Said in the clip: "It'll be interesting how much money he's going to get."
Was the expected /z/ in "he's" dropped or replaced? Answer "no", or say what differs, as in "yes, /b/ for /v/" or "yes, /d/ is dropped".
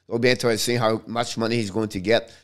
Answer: no